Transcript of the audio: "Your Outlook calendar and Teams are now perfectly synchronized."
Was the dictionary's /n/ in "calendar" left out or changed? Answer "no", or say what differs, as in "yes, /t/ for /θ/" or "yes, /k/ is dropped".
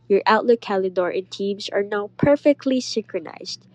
yes, /n/ is dropped